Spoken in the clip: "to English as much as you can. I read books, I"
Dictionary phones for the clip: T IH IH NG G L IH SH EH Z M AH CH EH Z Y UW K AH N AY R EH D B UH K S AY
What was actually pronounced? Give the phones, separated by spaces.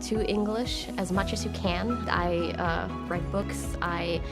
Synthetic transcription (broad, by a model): T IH IH NG G L IH SH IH Z M AH CH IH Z Y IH K AH N AY R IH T B UH K S AY